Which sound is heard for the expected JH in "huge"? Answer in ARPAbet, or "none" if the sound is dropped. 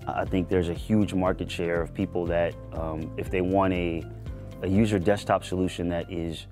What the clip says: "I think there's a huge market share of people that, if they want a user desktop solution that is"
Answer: JH